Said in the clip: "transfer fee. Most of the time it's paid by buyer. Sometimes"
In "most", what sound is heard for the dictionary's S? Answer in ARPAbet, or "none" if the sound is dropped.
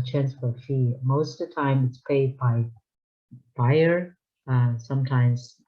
none